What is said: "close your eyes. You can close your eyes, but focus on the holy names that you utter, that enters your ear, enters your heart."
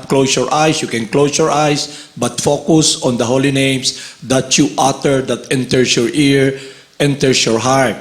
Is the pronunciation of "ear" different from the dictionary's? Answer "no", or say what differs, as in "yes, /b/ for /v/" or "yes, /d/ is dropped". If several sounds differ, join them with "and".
no